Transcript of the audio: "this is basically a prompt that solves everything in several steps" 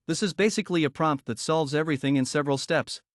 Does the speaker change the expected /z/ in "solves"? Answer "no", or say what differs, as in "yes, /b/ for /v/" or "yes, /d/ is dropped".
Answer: no